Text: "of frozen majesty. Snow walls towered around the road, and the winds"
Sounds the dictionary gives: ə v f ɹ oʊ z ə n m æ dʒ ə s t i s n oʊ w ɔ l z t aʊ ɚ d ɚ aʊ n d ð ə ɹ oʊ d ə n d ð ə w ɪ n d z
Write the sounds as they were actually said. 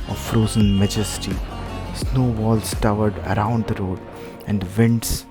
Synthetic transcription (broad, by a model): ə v f ɹ oʊ z ə n m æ dʒ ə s t i s n oʊ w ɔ l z t aʊ ɚ d ɚ aʊ n d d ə ɹ oʊ d ə n d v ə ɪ n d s